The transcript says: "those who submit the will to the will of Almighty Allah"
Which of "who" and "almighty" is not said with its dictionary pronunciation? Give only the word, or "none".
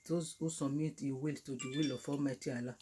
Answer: almighty